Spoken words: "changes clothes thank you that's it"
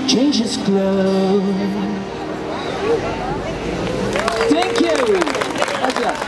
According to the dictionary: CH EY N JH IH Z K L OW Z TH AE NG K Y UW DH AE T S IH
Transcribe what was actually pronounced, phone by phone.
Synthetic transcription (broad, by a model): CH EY N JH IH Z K L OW TH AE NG K Y UW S